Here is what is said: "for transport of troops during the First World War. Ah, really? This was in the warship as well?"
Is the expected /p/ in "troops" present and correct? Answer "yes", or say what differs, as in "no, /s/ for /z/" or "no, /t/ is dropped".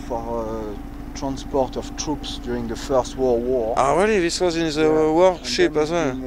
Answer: yes